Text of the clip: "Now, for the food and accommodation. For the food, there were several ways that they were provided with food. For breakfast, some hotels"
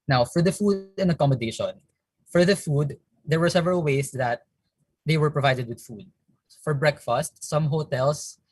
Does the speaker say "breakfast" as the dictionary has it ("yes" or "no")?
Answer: yes